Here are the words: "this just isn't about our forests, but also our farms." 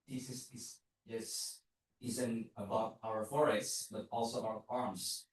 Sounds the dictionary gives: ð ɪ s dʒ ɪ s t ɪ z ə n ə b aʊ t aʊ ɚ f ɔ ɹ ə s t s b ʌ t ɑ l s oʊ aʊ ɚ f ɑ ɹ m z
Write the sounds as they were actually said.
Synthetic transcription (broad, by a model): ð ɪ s z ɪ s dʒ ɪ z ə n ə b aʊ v aʊ ɚ f ɔ ɹ ə s t s b ʌ t ɑ l s oʊ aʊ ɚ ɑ ɹ m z